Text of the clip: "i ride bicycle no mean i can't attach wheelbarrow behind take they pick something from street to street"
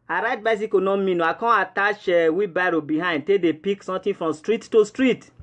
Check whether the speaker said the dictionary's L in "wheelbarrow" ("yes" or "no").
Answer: no